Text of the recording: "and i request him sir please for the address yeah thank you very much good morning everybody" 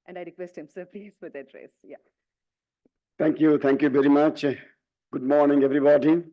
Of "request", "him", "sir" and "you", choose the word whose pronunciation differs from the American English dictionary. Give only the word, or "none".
none